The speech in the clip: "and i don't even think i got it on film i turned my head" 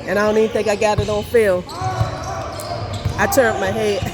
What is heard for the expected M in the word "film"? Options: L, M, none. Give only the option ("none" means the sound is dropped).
none